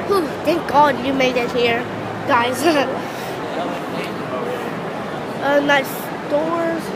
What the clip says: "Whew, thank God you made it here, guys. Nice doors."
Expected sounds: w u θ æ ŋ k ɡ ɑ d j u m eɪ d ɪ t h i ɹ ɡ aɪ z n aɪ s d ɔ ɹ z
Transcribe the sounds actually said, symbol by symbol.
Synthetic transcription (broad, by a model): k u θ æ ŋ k ɡ ɑ d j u m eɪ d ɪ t h i ɹ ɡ aɪ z n aɪ s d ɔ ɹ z